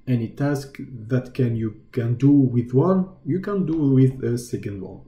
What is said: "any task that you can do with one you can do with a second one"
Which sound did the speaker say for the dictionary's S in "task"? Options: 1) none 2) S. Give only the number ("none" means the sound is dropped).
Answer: 2